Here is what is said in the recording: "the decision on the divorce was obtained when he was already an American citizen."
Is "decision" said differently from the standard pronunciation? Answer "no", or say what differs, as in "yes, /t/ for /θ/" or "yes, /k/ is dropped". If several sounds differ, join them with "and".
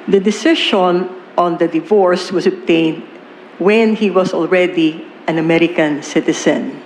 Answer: yes, /ʃ/ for /ʒ/